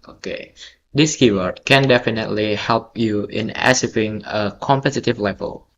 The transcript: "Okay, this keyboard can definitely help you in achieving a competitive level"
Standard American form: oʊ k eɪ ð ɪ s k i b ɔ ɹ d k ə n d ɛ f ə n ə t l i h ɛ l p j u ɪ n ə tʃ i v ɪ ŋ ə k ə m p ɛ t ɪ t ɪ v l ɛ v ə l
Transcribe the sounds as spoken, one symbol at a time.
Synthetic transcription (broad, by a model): oʊ k eɪ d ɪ s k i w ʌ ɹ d k ə n d ɛ f ə n ə t l i h ɛ l p j u ɪ n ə s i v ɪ ŋ ə k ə m p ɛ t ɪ t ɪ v l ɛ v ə l